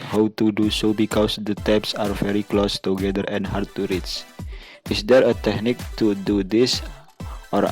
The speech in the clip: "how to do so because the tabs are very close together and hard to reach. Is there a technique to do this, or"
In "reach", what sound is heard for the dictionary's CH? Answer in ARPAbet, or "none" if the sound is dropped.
S